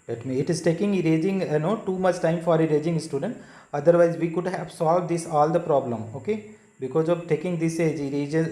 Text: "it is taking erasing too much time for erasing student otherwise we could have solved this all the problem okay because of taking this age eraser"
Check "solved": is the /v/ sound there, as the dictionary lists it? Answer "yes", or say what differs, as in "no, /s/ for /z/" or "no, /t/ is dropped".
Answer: yes